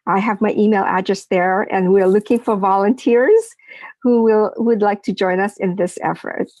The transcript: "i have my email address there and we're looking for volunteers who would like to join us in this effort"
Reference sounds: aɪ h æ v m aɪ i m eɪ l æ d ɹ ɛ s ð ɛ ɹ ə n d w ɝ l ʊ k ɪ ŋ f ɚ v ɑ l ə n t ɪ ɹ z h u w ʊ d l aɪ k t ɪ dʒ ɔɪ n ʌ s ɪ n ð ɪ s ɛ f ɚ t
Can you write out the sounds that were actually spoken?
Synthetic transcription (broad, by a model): aɪ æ v m aɪ i m eɪ l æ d ɹ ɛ s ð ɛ ɹ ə n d w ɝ l ʊ k ɪ ŋ f ɚ v ɑ l ə n t ɪ ɹ z h u w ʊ d l aɪ k t ɪ dʒ ɔɪ n ʌ s ɪ n ð ɪ s ɛ f ɚ t